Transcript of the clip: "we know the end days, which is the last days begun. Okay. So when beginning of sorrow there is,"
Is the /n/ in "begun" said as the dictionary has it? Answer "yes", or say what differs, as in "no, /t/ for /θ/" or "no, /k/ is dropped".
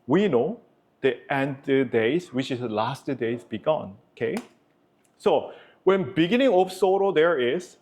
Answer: yes